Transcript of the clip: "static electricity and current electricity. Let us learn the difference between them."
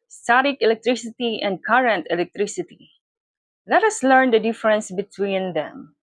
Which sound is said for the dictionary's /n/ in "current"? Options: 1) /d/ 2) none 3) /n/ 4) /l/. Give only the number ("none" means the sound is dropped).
3